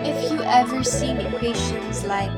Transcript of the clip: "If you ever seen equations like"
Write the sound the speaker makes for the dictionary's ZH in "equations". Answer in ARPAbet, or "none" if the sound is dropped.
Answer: SH